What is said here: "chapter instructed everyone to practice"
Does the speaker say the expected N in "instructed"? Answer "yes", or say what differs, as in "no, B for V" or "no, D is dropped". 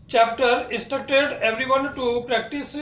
no, N is dropped